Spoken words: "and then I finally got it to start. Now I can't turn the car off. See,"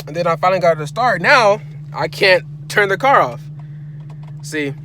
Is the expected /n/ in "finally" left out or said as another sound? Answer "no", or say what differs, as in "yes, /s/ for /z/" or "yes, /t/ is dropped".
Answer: yes, /l/ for /n/